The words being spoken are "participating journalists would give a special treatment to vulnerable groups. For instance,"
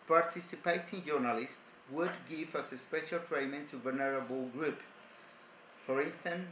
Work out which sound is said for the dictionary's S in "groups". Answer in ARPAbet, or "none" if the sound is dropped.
none